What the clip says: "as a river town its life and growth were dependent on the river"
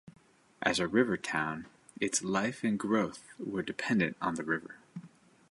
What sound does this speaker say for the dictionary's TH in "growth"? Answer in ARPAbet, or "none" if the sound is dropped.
TH